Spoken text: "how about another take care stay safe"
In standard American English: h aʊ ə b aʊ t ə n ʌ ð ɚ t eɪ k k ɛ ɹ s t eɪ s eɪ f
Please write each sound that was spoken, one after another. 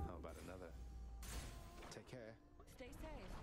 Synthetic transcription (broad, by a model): h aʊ ə b aʊ t ə n ʌ ð ɚ t eɪ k k ɛ ɹ s t eɪ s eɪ